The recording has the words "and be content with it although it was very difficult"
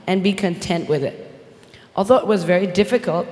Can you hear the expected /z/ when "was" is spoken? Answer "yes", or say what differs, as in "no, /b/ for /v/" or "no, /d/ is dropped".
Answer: yes